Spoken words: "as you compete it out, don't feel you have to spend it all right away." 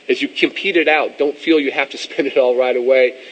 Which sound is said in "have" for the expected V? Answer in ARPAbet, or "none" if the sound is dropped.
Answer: F